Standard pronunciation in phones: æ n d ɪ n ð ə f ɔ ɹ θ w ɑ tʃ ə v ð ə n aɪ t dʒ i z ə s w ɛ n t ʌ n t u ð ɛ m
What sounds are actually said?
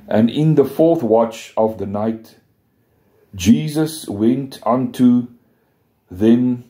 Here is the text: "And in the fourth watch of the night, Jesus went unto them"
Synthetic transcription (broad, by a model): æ n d ɪ n ð ə f ɔ ɹ θ w ɑ tʃ ə v ð ə n aɪ t dʒ i z ə s w ɛ n t ʌ n t u ð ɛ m